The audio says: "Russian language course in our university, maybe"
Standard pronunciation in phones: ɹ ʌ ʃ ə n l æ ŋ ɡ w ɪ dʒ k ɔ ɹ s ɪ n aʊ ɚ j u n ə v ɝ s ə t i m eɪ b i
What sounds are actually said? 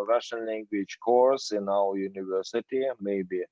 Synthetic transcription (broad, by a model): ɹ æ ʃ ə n l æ ŋ ɡ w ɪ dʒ k ɔ ɹ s ɪ n aʊ ɚ j u n ə v ɝ s ə t i m eɪ b i